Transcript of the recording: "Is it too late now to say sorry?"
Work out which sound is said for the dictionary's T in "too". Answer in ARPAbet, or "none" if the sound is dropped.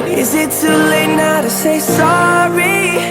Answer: S